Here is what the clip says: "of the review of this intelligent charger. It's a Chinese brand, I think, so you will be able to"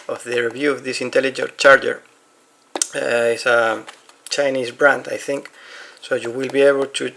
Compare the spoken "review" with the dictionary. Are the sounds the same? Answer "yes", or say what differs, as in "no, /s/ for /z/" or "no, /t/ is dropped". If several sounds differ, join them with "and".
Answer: yes